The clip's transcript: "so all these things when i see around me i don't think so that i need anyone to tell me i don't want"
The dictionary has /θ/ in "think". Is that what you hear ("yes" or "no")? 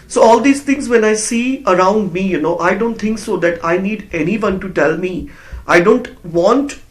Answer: no